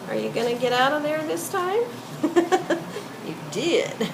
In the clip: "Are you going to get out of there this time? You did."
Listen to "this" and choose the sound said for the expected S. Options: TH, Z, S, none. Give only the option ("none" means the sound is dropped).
S